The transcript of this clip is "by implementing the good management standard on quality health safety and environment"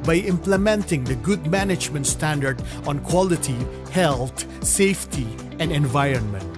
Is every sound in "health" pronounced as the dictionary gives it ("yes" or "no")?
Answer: no